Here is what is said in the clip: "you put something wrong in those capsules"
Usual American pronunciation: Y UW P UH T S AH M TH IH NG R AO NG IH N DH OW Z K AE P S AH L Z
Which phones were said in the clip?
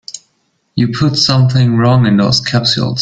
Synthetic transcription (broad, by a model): Y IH P UH T S AH M TH IH NG R AO NG IH N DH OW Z K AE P S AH L